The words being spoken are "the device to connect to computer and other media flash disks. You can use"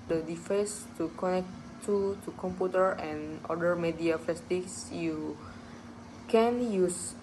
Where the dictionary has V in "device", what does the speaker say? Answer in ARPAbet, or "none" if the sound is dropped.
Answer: F